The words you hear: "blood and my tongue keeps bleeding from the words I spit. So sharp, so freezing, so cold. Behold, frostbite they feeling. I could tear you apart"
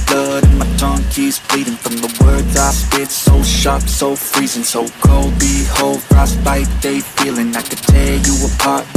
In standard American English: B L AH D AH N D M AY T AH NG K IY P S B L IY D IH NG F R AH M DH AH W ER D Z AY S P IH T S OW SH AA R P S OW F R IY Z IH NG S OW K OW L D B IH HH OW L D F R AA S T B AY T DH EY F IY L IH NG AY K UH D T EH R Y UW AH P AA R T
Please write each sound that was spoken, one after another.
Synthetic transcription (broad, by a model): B L AH D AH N M AY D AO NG K IY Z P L IY D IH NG F R AH M DH AH W ER D Z AY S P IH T S OW SH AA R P S OW F R IY Z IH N S OW K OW L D B IH HH OW L D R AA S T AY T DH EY F IY L IH NG AY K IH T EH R Y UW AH P AA R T